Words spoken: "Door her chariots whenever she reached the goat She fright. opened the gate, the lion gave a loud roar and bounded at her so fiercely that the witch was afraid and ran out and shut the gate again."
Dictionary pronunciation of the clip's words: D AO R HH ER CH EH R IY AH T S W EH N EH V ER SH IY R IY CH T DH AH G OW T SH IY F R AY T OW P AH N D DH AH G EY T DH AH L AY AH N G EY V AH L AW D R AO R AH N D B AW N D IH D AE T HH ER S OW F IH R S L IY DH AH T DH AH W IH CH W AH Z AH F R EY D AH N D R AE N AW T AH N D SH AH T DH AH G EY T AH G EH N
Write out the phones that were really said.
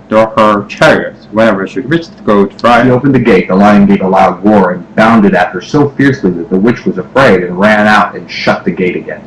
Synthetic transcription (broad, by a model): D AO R HH ER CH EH R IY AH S W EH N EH V ER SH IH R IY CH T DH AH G OW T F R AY OW P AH N DH AH G EY T DH AH L AY AH N G EY V AH L AW D W AO R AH N B AW N D IH D AE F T ER S OW F IH R S L IY DH AH T DH AH W IH CH W AH Z AH F R EY D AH N R AE N AW T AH N SH AH T DH AH G EY T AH G EH N